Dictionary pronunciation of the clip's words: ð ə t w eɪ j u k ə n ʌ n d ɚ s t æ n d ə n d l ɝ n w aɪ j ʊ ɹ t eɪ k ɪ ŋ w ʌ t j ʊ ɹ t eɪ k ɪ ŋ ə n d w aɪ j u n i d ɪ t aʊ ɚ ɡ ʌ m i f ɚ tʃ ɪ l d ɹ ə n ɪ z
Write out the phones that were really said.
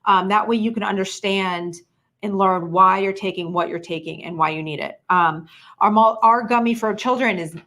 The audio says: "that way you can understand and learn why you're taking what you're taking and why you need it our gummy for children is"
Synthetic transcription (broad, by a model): ð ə t w eɪ j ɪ k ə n ʌ n d ɚ s t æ n d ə n l ɝ n w aɪ j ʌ ɹ t eɪ k ɪ ŋ w ʌ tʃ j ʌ ɹ t eɪ k ɪ ŋ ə n w aɪ j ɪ n i d ɪ t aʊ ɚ ɡ ʌ m i f ɚ tʃ ɪ l d ɹ ə n ɪ z